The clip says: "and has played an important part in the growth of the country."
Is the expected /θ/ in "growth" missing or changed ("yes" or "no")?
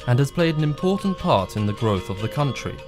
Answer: no